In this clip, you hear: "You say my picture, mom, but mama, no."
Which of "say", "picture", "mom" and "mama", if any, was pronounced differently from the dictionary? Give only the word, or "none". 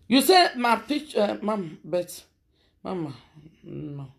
picture